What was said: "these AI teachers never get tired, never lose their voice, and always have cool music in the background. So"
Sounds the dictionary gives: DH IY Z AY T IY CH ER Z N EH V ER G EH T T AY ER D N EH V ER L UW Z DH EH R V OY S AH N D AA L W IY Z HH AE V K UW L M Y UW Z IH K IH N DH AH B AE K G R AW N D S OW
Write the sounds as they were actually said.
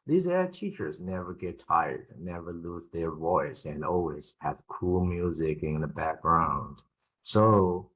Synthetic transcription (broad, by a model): DH IY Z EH T IY CH ER Z N EH V ER G EH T T AY ER D N EH V ER L UW Z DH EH R V OY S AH N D AA L W IY Z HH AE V K UW L M Y UW Z IH K IH N DH AH B AE K G R AW N D S OW